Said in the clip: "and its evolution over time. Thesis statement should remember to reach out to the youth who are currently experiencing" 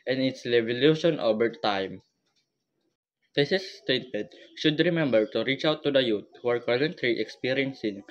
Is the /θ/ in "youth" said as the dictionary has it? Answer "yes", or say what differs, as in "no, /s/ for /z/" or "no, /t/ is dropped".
no, /t/ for /θ/